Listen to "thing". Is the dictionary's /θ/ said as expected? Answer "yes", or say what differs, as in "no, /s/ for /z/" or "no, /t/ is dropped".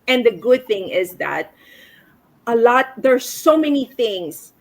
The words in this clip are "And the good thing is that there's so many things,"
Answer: yes